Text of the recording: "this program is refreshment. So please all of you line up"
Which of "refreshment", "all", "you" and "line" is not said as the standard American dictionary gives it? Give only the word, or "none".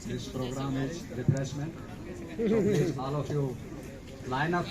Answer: refreshment